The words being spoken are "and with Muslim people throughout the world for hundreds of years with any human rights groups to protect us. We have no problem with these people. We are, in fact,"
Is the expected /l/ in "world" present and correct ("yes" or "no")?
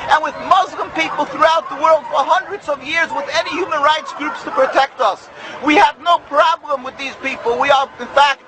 yes